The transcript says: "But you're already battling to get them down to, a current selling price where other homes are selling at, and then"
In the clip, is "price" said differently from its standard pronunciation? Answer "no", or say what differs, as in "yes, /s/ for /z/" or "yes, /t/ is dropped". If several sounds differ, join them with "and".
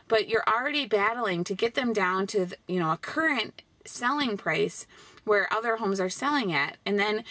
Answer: no